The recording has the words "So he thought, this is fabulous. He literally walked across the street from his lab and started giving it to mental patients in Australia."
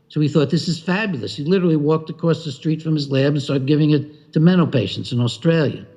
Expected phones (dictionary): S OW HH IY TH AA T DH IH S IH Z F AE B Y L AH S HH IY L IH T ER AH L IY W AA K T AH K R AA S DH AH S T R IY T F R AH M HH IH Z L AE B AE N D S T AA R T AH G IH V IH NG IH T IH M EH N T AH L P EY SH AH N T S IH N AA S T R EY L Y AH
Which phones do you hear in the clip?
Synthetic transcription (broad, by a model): S OW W IY TH AA T DH IH S IH Z F AE B Y L AH S HH IY L IH T ER L IY W AA K T AH K R AA S DH AH S T R IY T F R AH M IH Z L AE B N S T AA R G IH V IH NG IH T IH M EH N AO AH P EY SH N T S IH N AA S T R EY L Y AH